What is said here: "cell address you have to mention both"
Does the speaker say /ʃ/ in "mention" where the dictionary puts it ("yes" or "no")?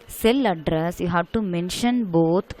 yes